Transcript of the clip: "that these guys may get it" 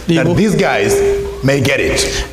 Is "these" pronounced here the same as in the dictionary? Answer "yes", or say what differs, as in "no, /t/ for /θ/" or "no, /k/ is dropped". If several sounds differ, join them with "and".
yes